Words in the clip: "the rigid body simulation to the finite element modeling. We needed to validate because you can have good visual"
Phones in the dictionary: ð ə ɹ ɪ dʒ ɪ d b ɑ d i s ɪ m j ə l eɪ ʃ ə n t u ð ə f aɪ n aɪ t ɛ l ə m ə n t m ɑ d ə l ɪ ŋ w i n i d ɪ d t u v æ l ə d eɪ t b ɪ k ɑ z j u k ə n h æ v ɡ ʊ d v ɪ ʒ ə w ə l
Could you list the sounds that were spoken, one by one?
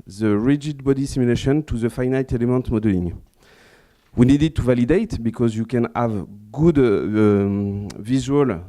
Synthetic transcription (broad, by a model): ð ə ɹ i dʒ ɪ d b ɑ d i s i m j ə l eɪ ʃ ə n t u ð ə f aɪ n aɪ t ɛ l ə m ə n t m ɑ d ə l ɪ ŋ w i n i d ɪ d t u v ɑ l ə d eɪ t b ɪ k ɑ z j u k ə n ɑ v ɡ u d v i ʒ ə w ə l